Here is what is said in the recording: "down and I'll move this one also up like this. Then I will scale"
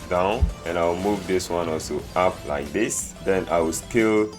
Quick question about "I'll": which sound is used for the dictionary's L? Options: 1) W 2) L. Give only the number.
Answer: 1